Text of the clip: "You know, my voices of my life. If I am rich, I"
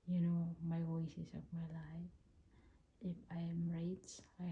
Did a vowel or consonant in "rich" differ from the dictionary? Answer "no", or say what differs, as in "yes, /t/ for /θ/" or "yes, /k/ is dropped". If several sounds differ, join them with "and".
yes, /s/ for /tʃ/